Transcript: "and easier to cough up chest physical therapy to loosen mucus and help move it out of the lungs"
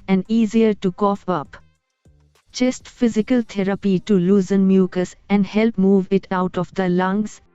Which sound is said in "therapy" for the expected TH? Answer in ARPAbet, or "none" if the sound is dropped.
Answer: T